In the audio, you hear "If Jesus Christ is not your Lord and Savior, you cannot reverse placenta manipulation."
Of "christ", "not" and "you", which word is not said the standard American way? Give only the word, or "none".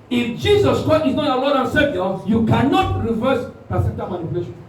none